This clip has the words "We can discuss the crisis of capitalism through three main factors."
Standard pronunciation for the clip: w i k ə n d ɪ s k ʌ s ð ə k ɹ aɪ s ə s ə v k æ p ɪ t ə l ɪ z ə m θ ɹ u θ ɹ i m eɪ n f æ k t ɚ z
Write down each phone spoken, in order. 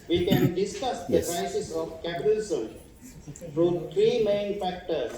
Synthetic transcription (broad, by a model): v i k ə n d ɪ s k ʌ s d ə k ɹ aɪ s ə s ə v k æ p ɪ t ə l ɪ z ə m f ɹ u t ɹ i m eɪ n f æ k t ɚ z